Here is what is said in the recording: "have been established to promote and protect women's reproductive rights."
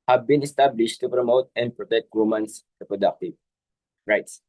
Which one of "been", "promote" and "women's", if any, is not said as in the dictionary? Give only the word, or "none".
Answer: women's